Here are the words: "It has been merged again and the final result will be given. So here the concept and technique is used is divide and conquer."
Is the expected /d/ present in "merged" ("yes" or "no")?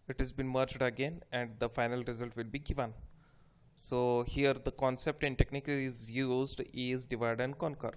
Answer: yes